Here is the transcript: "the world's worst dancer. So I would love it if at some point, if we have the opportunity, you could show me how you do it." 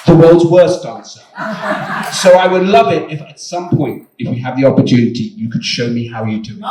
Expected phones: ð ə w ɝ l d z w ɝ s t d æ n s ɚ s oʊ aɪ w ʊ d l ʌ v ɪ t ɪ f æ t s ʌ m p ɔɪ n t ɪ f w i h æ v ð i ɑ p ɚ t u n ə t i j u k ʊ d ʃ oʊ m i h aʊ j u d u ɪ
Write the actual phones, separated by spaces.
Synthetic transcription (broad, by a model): ð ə w ɝ l d z w ɝ s t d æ n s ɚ s oʊ aɪ w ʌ d l ʌ v ɪ t ɪ f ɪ t s ʌ m p ɔɪ n t ɪ f w i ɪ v ð i ɑ p ɚ t u n ə t i j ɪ k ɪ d ʃ oʊ m i h aʊ j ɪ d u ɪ